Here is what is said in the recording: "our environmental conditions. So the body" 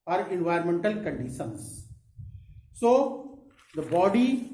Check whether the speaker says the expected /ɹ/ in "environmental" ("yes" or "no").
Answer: no